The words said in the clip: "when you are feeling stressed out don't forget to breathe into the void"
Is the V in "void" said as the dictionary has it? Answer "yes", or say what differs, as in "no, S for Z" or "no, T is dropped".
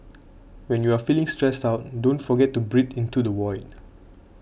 no, W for V